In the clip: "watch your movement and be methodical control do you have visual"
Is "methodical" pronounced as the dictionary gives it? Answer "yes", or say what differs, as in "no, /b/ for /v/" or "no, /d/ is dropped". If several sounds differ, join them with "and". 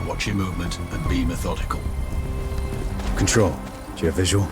yes